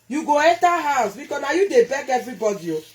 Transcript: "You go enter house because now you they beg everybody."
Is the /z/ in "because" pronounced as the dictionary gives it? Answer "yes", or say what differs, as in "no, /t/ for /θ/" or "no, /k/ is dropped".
no, /z/ is dropped